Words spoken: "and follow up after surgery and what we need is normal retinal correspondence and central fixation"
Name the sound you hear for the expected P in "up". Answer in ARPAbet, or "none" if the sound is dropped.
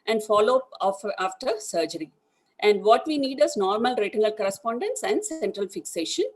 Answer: F